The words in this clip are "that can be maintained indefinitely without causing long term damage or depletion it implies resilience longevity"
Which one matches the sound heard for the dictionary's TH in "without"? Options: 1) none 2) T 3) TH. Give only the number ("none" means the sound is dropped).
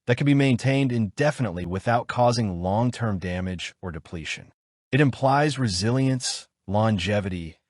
3